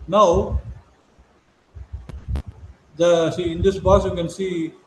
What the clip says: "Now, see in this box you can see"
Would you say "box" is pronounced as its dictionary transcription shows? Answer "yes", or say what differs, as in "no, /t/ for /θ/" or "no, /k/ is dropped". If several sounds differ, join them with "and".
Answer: no, /k/ is dropped